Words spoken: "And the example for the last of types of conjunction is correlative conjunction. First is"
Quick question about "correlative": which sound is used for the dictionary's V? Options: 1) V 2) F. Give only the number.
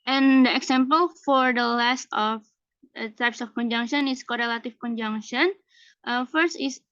2